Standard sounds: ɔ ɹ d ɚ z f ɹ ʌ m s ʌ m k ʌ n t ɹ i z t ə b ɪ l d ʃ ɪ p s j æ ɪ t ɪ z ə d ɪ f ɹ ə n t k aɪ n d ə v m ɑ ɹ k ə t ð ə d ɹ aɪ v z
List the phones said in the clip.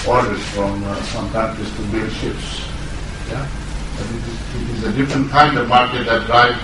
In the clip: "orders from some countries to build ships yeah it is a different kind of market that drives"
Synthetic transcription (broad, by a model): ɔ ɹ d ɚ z f ɹ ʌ m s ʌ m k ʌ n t i s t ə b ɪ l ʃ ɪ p s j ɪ ɪ t ɪ z ə d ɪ f ɹ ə n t k aɪ n d ə v m ɑ ɹ k ə t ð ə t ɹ aɪ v